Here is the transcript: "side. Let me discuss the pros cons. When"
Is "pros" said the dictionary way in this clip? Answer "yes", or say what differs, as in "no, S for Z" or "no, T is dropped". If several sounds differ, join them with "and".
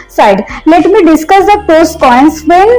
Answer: no, R is dropped